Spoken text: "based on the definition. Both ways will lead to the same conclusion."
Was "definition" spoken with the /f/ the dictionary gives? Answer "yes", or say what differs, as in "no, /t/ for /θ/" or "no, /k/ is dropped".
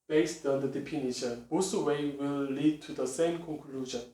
no, /p/ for /f/